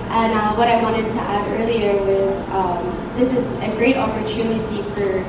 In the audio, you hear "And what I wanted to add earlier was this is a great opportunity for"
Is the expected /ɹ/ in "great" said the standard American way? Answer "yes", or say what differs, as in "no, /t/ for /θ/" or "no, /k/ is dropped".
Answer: yes